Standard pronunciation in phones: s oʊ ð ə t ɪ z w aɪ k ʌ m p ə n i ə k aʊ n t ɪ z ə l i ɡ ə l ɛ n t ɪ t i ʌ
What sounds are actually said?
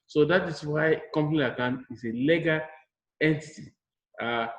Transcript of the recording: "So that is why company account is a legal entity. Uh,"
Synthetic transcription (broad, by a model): s oʊ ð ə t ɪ s w aɪ k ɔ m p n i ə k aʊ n ɪ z ə l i ɡ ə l ɛ n t ɪ t i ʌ